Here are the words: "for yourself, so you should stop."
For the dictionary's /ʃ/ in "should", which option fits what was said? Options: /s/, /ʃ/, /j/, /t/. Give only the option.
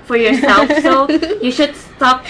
/ʃ/